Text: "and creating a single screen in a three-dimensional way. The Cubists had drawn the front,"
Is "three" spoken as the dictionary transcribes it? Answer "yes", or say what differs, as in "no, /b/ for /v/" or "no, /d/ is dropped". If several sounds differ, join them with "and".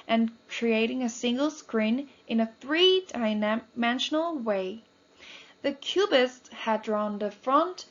yes